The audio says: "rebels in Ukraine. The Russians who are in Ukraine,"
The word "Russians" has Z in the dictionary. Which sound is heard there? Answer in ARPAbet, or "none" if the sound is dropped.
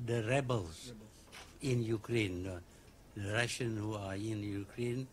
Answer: none